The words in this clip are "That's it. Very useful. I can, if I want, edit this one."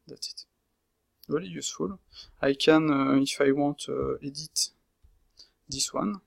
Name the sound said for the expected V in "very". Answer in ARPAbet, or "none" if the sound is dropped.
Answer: W